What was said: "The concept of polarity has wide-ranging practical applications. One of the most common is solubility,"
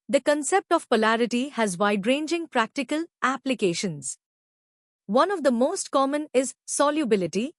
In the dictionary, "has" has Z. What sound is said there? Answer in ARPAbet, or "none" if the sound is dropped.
Z